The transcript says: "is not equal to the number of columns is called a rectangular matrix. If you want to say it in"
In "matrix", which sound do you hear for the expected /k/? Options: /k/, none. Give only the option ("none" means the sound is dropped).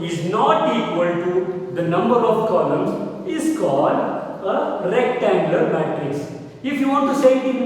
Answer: none